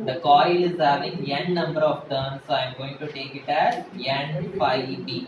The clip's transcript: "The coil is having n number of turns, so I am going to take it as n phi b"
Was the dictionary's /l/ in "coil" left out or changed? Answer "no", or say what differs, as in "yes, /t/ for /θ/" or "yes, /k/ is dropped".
no